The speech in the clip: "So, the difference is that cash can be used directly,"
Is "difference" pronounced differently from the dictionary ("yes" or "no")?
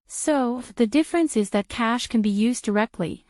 no